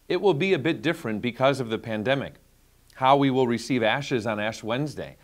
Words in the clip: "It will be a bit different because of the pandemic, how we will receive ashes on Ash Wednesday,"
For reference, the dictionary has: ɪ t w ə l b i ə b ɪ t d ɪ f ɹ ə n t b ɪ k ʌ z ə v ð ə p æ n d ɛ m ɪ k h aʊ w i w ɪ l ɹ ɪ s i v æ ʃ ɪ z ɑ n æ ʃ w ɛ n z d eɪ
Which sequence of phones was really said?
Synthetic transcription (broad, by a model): ɪ t w ə l b i ə b ɪ t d ɪ f ɹ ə n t b ɪ k ʌ z ə v ð ə p æ n d ɛ m ɪ k h aʊ w i w ɪ l ɹ ɪ s i v æ ʃ ɪ z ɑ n æ ʃ w ɛ n z d eɪ